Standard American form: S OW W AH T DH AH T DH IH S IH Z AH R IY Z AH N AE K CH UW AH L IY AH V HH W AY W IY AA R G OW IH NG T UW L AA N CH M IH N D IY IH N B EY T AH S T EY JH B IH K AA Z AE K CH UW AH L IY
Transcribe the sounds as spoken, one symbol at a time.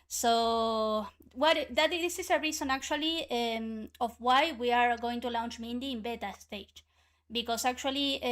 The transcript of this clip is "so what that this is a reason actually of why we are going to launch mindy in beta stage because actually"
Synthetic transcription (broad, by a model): S OW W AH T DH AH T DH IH S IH S AH R IY S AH N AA K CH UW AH L IY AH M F W AY W IY AA R G OW IH NG T UW L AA N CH M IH N D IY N B EY T AH S T EY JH B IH K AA S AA K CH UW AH L IY